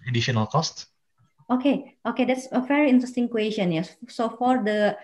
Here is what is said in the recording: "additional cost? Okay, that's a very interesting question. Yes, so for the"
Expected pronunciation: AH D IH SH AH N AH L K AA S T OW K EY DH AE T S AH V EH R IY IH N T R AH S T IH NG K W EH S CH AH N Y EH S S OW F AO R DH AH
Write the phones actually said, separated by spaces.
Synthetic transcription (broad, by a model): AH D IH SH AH N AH L K AA S T OW K EY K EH T S AH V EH R IY IH N T R AH S T IH NG K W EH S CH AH N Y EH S S OW F AO R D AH